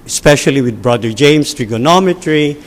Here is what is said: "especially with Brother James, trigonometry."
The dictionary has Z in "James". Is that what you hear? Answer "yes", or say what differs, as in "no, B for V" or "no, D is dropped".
no, S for Z